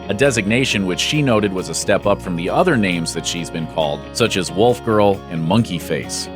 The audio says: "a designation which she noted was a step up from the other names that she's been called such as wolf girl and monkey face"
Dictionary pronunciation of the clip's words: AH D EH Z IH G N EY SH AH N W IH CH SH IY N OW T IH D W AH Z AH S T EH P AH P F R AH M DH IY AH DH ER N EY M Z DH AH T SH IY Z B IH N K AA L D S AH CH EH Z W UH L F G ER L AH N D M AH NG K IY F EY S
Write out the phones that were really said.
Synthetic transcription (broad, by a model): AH D EH Z IH G N EY SH AH N W IH CH SH IY N OW T IH D W AH Z AH S T EH P AH P F R AH M DH IY AH DH ER N EY M Z DH AH T SH IY Z B IH N K AA L D S AH CH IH Z W UH L F G ER L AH N M AH NG K IY F EY S